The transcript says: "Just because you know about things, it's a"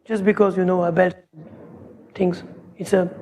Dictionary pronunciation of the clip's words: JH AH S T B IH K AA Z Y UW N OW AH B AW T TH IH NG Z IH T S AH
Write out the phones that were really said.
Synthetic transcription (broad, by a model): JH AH S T B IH K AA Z Y UW N OW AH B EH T T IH NG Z IH T S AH